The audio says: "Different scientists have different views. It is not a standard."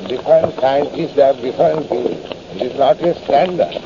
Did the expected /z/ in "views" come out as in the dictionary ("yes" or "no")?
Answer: no